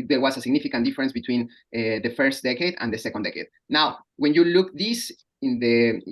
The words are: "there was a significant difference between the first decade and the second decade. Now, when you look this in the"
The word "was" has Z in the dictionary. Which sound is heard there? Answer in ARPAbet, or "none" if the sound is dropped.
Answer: S